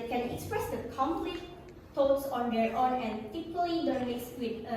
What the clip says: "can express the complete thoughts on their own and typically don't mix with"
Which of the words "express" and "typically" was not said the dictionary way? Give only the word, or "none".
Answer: typically